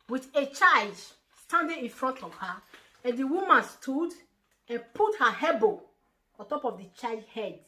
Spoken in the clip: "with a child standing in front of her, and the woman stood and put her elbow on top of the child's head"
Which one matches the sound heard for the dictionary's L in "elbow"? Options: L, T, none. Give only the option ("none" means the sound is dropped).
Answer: none